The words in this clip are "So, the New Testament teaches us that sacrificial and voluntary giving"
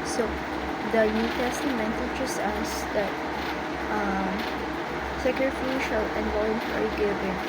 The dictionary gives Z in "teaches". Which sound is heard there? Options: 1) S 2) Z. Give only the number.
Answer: 1